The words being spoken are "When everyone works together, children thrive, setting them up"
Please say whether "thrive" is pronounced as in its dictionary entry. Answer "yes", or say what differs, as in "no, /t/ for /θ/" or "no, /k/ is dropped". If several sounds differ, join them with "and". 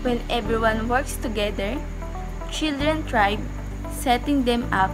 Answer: no, /t/ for /θ/ and /b/ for /v/